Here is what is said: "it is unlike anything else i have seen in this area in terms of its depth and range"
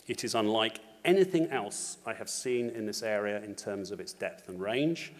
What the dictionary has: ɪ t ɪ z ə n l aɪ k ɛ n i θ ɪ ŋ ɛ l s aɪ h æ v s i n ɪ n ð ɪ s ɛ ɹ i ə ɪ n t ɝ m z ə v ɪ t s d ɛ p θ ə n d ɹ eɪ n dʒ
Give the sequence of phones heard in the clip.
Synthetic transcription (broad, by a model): ɪ t ɪ z ə n l aɪ k ɛ n i θ ɪ ŋ ɛ l s aɪ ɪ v s i n ɪ n ð ɪ s ɛ ɹ i ə ɪ n t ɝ m z ə v ɪ t s d ɛ p θ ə n ɹ eɪ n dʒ